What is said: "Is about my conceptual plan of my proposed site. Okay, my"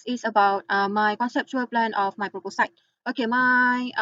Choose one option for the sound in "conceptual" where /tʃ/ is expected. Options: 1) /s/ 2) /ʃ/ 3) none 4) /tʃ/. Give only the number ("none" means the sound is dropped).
4